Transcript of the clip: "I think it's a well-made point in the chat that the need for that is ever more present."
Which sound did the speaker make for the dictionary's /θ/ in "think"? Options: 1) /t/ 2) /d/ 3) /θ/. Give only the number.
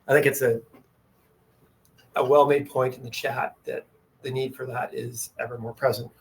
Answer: 3